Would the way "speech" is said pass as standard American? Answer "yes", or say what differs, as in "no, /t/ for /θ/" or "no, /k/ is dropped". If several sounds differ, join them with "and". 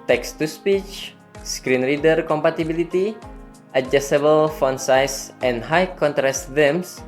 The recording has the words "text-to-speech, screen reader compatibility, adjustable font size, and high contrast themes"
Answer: yes